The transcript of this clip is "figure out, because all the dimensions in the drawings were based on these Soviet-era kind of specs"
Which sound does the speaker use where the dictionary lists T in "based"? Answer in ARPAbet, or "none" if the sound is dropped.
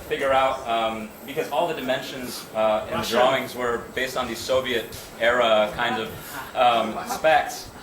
T